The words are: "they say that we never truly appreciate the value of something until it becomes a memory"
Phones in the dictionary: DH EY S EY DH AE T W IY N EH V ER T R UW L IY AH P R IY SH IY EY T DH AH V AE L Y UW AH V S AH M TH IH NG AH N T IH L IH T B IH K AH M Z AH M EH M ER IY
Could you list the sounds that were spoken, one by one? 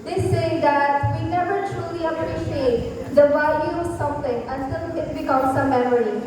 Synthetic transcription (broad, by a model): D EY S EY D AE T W IY N EH V ER T R UW L IY AH P R IY SH IY EY T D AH V AE L Y UW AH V S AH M T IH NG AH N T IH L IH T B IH K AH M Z AH M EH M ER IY